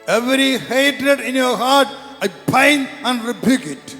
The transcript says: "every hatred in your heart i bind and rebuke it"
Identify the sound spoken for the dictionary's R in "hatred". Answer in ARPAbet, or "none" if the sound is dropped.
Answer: R